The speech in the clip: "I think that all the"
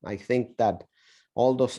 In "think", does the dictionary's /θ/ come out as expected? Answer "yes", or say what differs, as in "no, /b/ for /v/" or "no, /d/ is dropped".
yes